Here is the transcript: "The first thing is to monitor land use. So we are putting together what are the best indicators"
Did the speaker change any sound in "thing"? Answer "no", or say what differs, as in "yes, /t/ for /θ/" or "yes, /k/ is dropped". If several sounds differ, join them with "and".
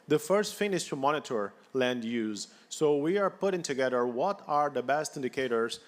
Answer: yes, /f/ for /θ/